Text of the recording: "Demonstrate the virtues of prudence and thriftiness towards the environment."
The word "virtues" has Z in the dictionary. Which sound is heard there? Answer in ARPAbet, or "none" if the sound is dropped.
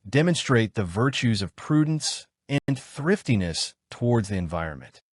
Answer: Z